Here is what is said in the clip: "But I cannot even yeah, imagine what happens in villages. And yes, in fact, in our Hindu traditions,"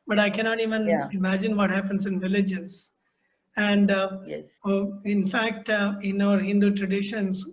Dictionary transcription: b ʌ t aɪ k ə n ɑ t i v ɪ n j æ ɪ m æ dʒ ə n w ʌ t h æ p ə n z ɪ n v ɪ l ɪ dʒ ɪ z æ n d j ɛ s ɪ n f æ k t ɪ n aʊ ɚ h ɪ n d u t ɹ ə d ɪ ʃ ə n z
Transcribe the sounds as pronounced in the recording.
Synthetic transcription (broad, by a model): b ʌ t aɪ k ə n ɑ t i v ɪ n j ɪ m æ dʒ ə n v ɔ t h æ p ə n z ɪ n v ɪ l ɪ dʒ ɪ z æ n d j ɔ ɪ n f æ k t ɪ n aʊ ɚ h ɪ n d u t ɹ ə d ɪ ʃ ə n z